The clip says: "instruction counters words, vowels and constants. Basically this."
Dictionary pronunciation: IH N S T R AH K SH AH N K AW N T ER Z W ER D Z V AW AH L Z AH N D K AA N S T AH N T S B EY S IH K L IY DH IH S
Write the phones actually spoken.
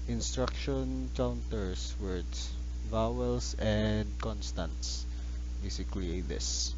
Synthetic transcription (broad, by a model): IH N S T R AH K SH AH N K AW N T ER S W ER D S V AW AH L S AH N D K AA N S T AH N T S B EY S IH K L IY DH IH S